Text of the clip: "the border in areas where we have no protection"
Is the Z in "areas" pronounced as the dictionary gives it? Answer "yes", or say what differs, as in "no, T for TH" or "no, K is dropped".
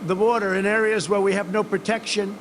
yes